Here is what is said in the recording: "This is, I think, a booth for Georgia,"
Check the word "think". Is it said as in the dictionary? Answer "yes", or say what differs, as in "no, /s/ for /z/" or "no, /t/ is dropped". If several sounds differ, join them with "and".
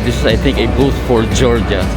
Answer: no, /t/ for /θ/